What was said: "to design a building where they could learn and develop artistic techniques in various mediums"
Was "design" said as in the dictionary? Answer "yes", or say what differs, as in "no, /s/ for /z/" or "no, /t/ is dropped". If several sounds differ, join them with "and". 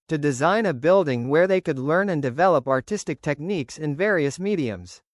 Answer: yes